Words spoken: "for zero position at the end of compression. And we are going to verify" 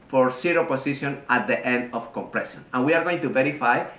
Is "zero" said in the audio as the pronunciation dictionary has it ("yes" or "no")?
no